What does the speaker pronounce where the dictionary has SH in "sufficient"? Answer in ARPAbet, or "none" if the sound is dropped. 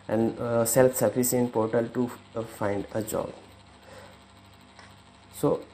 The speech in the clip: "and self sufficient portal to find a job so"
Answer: S